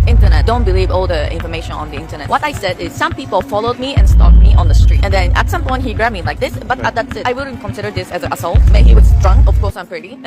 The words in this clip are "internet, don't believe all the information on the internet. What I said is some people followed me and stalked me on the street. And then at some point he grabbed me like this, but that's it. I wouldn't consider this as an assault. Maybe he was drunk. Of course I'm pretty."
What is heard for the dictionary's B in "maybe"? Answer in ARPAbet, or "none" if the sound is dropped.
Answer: none